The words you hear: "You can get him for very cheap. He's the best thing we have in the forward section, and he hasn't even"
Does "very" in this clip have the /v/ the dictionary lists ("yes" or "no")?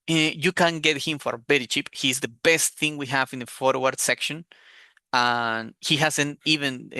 no